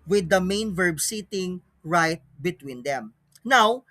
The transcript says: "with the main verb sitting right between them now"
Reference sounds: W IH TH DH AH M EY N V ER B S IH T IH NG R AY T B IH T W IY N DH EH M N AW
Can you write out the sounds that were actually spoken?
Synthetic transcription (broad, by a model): W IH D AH M EY N V ER B S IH T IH NG R AY T B IH T W IY N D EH M N AW